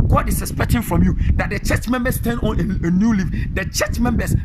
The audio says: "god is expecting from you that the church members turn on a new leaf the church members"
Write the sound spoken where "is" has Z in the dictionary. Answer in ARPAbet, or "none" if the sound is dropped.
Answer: S